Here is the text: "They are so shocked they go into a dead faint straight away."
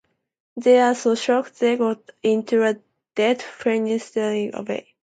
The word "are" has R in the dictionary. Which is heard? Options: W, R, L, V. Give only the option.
L